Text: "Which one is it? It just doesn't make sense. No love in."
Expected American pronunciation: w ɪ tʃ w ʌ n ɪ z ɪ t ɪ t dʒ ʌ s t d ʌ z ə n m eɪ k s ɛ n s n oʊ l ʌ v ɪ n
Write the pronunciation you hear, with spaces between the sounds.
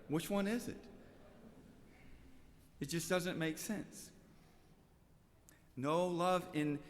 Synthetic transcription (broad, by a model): w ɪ tʃ w ʌ n ɪ z ɪ t ɪ t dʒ ʌ s d ʌ z ə n m eɪ k s ɛ n s n oʊ l ʌ v ɪ n